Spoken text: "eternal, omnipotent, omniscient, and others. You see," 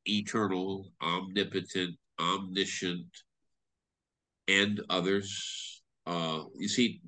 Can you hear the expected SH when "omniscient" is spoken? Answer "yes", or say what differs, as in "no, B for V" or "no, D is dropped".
yes